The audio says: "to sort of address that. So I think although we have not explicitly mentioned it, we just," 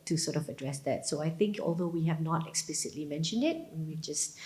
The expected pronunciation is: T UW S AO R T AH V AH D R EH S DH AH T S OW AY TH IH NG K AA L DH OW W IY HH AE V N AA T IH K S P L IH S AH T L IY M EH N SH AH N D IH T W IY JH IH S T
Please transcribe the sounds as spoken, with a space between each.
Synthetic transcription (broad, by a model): T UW S AO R T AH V AH D R EH S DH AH T S OW AY TH IH NG K AA L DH OW W IY HH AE V N AA T IH K S P L IH S AH T L IY M EH N SH AH N D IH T W IY JH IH S T